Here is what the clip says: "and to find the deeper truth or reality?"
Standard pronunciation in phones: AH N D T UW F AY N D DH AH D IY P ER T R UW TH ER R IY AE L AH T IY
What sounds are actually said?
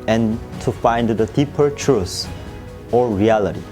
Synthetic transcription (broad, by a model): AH N T UW F AY N D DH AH D IY P ER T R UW S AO R IY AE L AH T IY